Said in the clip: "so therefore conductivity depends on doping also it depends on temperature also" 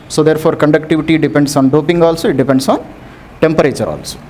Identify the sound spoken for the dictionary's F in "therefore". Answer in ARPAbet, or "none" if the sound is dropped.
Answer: P